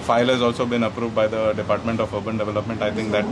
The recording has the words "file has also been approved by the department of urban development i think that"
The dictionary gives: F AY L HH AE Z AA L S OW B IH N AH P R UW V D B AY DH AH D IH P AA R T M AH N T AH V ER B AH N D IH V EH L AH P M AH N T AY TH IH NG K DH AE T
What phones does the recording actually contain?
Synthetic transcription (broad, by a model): F AY L HH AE Z AA L S OW B IH N AH P R UW V D B AY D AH D IH P AA R T M AH N T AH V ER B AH N D IH V EH L AH P M AH N T AY T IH NG K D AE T